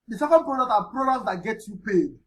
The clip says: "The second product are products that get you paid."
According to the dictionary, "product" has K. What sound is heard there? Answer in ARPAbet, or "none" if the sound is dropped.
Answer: none